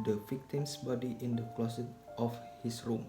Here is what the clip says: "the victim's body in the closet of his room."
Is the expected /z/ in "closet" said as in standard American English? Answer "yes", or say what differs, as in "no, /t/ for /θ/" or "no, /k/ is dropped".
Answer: no, /s/ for /z/